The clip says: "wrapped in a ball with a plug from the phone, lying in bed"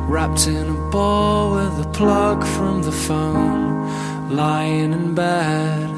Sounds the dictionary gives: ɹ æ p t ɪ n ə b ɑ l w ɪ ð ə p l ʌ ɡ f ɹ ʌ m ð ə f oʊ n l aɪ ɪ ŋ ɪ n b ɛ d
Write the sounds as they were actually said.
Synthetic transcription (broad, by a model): ɹ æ p t ɪ n ə b ɑ l w ɪ ð ə p l ʌ ɡ f ɹ ʌ m ð ə f oʊ n l aɪ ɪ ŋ ɪ n b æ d